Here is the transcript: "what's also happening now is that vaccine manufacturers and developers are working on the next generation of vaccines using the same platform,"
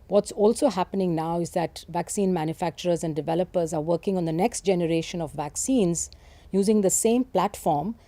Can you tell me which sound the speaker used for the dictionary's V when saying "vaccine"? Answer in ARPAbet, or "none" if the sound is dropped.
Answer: V